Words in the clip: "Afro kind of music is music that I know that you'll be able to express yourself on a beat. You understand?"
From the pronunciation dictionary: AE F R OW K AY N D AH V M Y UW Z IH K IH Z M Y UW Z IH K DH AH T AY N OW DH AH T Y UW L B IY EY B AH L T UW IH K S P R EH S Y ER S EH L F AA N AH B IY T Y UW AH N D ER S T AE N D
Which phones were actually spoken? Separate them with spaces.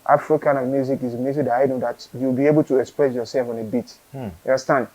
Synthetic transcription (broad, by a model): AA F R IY K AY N AH V M Y UW Z IH K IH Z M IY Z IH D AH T AY N OW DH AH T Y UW W B IY EY B AH L T UW IH K S P R EH S Y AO S EH L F AA N AH B IY T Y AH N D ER S T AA N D